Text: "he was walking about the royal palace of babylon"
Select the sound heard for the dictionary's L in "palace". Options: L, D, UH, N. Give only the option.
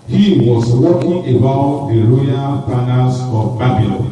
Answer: N